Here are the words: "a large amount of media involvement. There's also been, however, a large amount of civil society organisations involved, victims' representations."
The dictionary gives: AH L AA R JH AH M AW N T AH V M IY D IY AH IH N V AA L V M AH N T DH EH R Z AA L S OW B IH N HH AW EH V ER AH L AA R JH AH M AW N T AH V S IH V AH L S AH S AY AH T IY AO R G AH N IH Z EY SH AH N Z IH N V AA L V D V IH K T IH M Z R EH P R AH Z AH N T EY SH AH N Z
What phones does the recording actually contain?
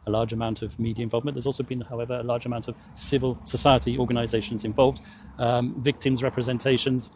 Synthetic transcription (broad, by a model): AH L AA JH AH M AW N T AH V M IY D IY AH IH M V AA L V M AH N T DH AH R Z AA L S OW B IH N HH AW EH V ER AH L AA JH AH M AW N T AH V S IH V AH L S AH S AY AH T IY AO G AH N IH Z EY SH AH N Z IH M V AA L V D V IH K T IH M Z R EH P R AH Z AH N T EY SH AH N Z